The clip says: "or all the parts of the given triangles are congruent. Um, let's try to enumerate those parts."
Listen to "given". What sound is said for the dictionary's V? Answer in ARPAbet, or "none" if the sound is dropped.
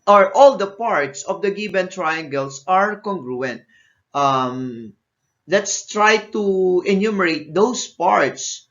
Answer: B